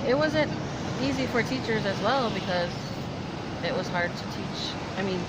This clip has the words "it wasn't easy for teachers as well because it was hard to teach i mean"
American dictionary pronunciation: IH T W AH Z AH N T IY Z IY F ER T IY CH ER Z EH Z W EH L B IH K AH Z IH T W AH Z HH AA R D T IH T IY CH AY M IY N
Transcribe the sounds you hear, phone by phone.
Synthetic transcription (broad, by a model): IH T W AH Z AH N T IY Z IY F ER T IY CH ER Z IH Z W EH L B IH K AH Z IH T W AH Z HH AA R D T IH T IY CH AY M IY N